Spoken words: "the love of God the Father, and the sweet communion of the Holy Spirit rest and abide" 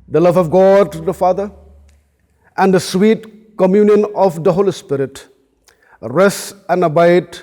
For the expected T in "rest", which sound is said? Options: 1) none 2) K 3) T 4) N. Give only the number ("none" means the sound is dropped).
1